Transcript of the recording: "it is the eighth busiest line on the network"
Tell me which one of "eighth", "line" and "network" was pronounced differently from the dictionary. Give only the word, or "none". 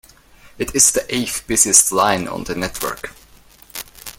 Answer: eighth